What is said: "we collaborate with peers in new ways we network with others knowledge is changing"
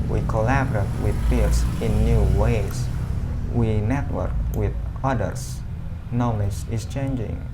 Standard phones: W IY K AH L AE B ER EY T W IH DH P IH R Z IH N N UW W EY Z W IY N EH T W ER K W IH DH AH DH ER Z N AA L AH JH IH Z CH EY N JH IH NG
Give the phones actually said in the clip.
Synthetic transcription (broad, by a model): W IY K AH L AE B ER EY T W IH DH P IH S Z IH N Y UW W EY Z W IY N EH T W ER K W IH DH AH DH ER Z N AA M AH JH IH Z CH EY N JH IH NG